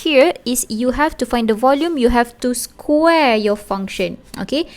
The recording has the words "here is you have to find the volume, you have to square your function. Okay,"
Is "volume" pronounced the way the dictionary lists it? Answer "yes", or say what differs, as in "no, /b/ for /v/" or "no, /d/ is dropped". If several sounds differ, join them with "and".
yes